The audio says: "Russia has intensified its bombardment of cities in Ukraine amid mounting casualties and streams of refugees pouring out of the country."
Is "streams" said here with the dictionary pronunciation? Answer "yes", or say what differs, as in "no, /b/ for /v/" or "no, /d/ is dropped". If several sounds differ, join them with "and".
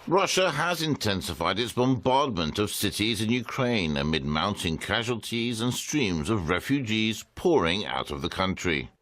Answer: yes